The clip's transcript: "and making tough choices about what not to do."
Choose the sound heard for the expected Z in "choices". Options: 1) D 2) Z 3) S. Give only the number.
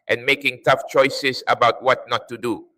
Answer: 3